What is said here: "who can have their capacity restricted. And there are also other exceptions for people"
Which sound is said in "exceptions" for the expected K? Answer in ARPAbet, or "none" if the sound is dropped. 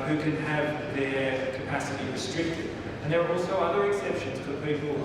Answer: K